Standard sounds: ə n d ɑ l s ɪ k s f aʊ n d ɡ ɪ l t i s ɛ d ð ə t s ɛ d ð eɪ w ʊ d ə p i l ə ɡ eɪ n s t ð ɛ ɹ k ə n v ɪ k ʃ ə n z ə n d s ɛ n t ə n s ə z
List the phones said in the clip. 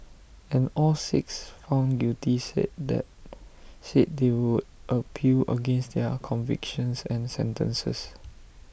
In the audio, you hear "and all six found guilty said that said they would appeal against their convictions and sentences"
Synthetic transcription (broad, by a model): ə n ɑ l s ɪ k s f aʊ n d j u t i s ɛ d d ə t s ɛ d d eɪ w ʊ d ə p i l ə ɡ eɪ n s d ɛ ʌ k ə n v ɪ k ʃ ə n s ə n s ɛ n t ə n s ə s